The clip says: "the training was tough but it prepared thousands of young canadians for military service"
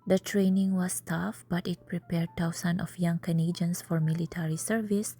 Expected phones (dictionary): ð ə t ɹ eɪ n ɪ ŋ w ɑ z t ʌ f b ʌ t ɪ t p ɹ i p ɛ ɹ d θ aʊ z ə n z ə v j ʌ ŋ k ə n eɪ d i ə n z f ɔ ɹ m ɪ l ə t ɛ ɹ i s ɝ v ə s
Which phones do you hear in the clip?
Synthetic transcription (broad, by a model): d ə t ɹ eɪ n ɪ ŋ w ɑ s t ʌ f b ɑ t ɪ t p ɹ i p ɛ ɹ d t aʊ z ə n ə f j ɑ ŋ k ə n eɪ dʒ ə n s f ɔ ɹ m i l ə t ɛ ɹ i s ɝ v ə s